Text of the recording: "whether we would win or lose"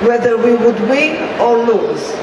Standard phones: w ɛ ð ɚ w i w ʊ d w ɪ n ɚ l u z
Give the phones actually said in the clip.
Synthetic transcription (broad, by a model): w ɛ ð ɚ w i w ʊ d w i ɔ l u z